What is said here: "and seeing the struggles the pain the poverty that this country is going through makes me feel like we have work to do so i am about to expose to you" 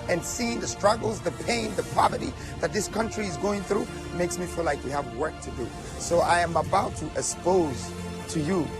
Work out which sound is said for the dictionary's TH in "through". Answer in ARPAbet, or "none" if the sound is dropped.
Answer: TH